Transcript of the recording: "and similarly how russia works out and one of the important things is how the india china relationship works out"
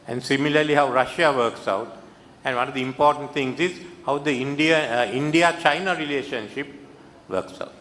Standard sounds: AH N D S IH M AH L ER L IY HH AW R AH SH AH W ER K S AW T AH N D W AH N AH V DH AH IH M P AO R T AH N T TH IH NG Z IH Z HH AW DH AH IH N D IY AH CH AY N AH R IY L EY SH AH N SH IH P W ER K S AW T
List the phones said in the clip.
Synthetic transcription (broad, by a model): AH N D S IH M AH L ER L IY HH AW R AH SH AH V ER K S AW T AH N D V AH N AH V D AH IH M P AO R T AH N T T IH NG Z IH Z HH AW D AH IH N D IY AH CH AY N AH R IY L EY SH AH N SH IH P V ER K S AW T